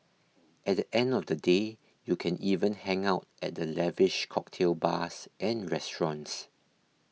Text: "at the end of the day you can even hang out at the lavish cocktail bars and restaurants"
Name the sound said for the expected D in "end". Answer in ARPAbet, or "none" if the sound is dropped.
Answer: D